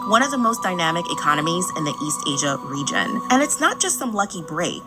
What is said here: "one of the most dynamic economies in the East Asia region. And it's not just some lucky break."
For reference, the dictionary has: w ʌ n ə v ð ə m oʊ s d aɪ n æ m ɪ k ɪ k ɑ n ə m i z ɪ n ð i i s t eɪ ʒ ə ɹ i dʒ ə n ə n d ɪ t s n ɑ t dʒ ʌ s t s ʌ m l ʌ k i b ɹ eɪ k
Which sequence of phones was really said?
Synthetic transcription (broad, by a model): w ʌ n ə v ð ə m oʊ s d aɪ n æ m ɪ k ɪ k ɑ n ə m i z ɪ n ð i i s t eɪ ʒ ə ɹ i dʒ ə n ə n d ɪ t s n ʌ t dʒ ʌ s t s ʌ m l ʌ k i b ɹ eɪ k